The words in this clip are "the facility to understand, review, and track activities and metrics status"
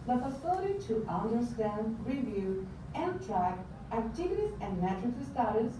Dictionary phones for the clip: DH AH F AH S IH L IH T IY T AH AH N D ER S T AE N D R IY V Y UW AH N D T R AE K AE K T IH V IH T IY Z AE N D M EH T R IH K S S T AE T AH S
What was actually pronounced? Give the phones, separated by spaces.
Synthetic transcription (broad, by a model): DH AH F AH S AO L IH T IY T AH AH N D ER S T AE N D R IY V Y UW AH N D T R AE K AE T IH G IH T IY S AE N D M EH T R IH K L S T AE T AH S